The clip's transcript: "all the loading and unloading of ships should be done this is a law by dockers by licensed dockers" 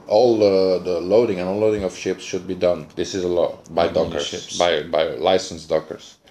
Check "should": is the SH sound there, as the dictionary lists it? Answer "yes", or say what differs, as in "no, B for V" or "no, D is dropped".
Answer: yes